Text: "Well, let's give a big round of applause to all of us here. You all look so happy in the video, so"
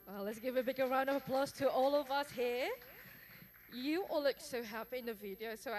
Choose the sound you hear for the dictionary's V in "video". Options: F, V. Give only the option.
V